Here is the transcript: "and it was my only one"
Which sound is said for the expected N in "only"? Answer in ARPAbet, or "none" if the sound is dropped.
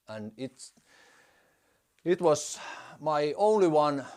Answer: N